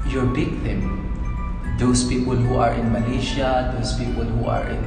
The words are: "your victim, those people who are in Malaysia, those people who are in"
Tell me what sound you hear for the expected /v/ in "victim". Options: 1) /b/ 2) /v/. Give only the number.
1